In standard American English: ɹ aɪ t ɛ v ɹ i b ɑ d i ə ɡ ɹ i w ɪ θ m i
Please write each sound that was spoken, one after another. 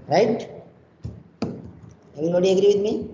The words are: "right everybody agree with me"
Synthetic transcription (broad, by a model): ɹ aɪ t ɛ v i ɑ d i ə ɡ ɹ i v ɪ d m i